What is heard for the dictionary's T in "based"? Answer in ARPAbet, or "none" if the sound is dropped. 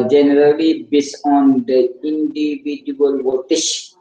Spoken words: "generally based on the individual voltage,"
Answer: none